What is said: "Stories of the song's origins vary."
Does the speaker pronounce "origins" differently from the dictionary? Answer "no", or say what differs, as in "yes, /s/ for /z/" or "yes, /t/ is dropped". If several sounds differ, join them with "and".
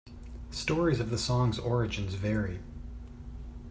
no